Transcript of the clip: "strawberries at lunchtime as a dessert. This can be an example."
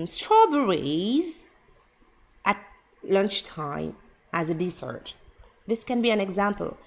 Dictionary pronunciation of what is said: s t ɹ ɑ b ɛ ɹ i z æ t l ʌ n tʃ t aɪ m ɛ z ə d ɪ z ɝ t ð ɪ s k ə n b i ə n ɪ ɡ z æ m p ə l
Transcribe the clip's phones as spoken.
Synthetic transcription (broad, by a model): s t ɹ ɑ b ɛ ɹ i z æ t l ʌ n tʃ t aɪ m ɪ z ə d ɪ s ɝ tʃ ð ɪ s k ə n b i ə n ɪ ɡ z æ m p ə l